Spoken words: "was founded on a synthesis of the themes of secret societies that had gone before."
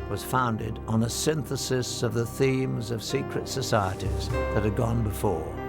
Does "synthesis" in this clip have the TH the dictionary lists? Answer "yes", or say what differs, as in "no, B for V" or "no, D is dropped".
yes